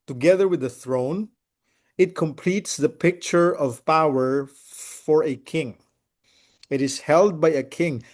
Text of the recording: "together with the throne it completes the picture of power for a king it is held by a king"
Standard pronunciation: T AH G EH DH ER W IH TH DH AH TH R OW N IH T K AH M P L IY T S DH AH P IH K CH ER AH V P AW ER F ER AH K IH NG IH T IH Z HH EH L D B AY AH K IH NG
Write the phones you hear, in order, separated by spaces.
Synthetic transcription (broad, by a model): T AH G EH DH ER W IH DH AH TH R OW N IH T K AH M P L IY T S DH AH P IH K CH ER AH V P AW ER F ER AH K IH NG IH T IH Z HH EH L D B AY AH K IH NG